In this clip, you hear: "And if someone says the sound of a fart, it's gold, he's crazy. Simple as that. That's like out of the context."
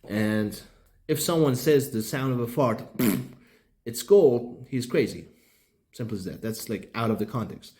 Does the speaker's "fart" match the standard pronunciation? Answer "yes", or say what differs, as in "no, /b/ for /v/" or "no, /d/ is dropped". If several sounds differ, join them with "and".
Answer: yes